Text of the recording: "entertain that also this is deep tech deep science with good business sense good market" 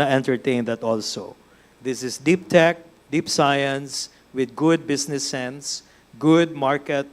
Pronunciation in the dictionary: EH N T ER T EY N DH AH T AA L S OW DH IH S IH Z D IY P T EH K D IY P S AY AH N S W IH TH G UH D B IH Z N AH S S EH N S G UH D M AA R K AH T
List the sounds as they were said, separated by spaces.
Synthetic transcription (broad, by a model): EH N T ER T EY N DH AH T AA L S OW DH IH S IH S D IY P T EH K D IY P S AY AH N S W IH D G UH D B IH S N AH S S EH N S G UH D M AA R K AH T